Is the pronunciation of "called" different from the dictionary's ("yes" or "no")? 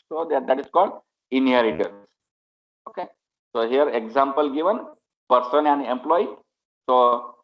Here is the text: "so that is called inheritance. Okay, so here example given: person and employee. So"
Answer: no